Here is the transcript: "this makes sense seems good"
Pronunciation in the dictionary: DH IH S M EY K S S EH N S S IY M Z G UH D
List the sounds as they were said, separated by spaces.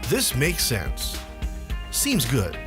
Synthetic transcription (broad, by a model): DH IH S M EY K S S EH N S S IY M Z G UH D